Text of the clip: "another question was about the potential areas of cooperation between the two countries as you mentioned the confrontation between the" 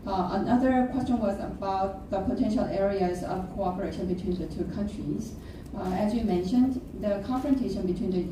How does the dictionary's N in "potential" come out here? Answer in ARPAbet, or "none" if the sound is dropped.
N